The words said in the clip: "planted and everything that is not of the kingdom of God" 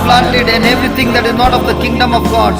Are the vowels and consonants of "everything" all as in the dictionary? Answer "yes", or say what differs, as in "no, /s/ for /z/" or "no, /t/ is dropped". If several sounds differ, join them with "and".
no, /t/ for /θ/